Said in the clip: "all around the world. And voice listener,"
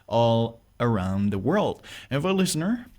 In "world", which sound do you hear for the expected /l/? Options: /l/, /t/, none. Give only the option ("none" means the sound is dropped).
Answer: /l/